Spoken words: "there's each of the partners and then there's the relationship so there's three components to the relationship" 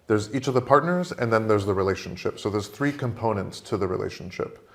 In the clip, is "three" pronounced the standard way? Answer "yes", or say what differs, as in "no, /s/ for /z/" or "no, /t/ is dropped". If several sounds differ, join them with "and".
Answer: yes